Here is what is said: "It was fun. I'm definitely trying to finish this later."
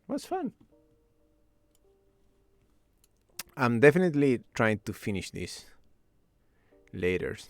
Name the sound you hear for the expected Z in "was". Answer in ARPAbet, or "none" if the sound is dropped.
S